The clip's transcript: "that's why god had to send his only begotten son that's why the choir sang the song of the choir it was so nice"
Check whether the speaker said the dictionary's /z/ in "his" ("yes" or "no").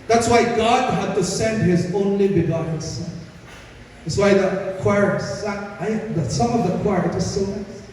yes